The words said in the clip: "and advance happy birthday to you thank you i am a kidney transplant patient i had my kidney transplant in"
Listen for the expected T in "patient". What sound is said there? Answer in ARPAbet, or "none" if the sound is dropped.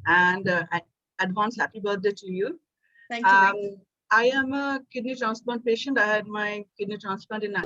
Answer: T